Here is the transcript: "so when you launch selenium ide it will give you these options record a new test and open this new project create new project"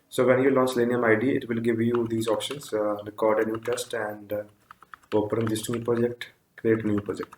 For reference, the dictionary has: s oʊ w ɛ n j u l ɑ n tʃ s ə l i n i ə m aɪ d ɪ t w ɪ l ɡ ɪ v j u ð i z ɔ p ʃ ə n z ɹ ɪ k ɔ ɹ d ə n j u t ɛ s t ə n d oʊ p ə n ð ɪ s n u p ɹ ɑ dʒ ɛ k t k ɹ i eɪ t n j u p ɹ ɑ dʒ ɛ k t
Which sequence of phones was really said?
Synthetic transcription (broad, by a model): s oʊ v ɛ n j u l ɑ n tʃ l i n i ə m aɪ d ɪ t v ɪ l ɡ ɪ v j u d i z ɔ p ʃ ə n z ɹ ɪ k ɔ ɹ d ə n j u t ɛ s t ə n d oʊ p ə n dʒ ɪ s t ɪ p ɹ ɑ dʒ ɛ k t k ɹ i eɪ t n j u p ɹ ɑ dʒ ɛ k t